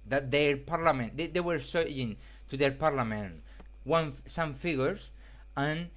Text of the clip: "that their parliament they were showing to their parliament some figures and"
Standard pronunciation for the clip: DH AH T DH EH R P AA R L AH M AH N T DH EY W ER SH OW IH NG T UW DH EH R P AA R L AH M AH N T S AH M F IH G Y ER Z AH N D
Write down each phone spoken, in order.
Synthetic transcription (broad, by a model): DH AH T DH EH R P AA R L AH M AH N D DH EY W ER S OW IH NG T UW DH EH R P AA R L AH M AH N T S AH M F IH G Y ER S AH N